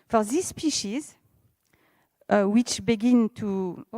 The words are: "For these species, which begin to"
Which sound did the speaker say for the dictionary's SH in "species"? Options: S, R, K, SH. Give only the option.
SH